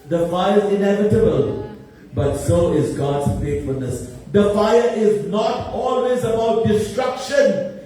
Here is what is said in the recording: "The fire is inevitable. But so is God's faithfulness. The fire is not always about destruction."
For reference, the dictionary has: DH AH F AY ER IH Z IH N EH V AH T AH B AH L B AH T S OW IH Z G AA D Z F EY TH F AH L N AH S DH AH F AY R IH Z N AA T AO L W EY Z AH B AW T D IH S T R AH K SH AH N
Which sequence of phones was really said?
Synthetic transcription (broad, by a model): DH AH F AY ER IH Z IH N EH V AH T AH B AH L B AH T S OW IH Z G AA D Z F EY T F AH L N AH S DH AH F AY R IH Z N AA T AO L W EY Z AH B AW T D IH S T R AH K SH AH N